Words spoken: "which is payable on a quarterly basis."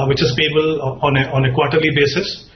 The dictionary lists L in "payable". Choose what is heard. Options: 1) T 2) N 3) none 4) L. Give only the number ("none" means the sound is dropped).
2